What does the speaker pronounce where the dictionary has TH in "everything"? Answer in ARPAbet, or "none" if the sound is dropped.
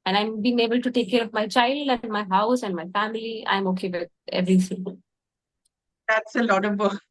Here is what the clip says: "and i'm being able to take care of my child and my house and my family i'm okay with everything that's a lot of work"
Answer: S